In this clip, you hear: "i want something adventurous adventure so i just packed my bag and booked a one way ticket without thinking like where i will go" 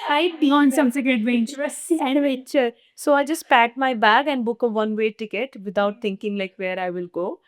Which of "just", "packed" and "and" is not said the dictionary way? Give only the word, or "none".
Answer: packed